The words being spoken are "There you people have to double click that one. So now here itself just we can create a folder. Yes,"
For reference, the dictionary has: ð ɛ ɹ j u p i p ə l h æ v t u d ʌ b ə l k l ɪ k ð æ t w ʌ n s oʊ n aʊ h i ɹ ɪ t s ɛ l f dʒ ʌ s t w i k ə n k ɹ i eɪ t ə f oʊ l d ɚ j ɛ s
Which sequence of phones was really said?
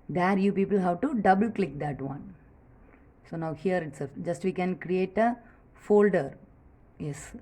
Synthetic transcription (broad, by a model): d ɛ ɹ j u p i p ə l h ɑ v t u d ʌ b ə l k l ɪ k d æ t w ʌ n s oʊ n aʊ h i ɹ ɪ t s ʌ dʒ ʌ s t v i k ə n k ɹ i eɪ t ə f oʊ l d ɚ j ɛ s